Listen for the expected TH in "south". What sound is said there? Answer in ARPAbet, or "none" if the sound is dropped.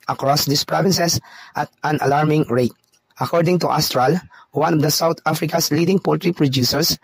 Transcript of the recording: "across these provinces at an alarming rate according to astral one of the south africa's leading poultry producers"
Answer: T